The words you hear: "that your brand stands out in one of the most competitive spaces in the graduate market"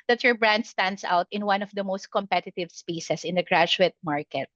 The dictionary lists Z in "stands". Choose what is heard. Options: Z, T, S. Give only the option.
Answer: S